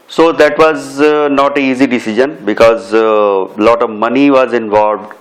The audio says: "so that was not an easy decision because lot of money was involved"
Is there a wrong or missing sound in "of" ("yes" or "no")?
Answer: no